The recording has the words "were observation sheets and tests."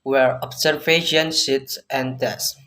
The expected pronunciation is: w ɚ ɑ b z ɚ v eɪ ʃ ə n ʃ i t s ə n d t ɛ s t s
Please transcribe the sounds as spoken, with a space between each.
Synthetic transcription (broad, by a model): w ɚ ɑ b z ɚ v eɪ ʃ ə n s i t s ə n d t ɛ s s